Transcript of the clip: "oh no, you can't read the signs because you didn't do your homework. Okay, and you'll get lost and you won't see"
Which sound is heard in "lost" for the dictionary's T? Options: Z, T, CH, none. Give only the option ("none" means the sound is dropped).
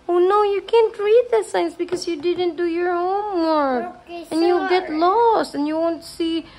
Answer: T